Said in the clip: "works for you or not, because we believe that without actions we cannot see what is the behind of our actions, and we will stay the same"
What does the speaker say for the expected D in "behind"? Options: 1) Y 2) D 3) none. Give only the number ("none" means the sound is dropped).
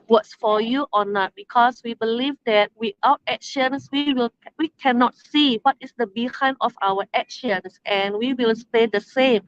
3